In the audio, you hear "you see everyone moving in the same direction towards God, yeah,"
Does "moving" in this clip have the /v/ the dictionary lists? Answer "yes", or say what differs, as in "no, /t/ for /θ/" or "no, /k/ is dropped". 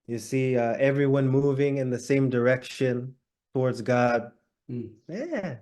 yes